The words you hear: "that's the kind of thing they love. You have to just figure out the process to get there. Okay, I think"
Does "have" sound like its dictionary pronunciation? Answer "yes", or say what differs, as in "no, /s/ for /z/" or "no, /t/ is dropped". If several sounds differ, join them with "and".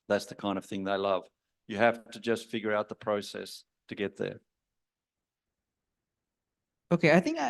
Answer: no, /f/ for /v/